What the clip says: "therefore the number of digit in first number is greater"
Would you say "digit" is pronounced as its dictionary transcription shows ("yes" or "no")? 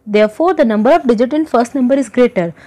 yes